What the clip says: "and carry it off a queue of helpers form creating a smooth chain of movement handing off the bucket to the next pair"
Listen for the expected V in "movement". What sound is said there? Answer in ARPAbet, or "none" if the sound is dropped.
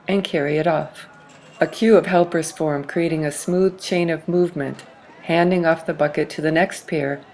V